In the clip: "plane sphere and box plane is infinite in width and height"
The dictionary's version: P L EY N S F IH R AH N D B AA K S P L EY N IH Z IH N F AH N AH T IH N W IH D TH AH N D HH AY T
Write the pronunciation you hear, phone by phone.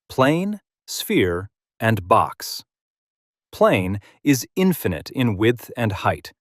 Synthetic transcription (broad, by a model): P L EY N S F IH R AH N B AA K S P L EY N IH Z IH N F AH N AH T IH N W IH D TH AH N HH AY T